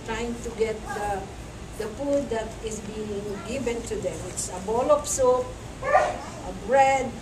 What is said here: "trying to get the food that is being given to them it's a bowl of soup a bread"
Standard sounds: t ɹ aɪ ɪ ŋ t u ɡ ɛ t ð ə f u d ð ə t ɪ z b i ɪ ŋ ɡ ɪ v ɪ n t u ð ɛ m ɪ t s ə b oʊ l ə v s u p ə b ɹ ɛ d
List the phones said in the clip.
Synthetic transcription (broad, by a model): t ɹ aɪ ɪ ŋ t u ɡ ɛ t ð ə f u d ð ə t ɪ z b i ɪ ŋ ɡ ɪ v ɪ n t u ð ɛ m ɪ t s ə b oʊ l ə p s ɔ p ə b ɹ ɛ d